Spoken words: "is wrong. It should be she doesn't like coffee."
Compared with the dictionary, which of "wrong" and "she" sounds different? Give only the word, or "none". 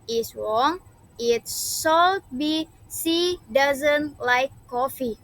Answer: she